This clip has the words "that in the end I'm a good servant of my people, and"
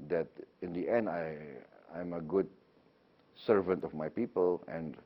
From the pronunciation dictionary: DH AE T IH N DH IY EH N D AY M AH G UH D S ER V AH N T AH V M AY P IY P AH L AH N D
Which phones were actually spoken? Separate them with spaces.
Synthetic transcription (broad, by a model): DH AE T IH N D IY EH N D AY M AH G UH D S ER V AH N T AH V M AY P IY P AH L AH N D